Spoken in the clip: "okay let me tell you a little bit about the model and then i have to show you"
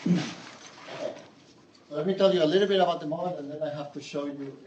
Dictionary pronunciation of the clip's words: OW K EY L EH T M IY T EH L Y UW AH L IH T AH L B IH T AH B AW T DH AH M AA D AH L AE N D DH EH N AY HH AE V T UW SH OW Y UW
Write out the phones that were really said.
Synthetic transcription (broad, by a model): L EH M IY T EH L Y AH L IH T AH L B IH T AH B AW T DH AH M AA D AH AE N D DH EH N AY HH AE F T UW SH OW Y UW